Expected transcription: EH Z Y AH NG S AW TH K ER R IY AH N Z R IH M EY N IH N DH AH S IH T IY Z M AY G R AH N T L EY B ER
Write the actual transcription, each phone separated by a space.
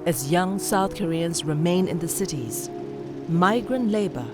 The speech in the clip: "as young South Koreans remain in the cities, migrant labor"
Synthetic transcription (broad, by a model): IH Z Y AH NG S AW TH K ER R IY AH N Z R IH M EY N IH N DH AH S IH T IY Z M AY G R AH N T L EY B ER